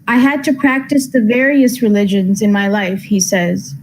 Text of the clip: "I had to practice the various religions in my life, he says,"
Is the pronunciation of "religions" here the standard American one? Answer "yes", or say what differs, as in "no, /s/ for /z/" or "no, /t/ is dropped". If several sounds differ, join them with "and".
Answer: yes